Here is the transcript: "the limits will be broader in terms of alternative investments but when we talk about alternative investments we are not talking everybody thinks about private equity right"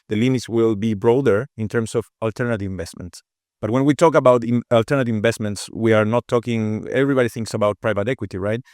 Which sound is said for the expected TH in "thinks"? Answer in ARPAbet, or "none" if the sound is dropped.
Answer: TH